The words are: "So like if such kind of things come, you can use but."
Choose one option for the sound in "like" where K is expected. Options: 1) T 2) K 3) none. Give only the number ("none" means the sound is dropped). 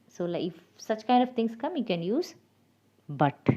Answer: 3